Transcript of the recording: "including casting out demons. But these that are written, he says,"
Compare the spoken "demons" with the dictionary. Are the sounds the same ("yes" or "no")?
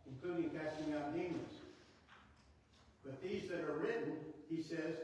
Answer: no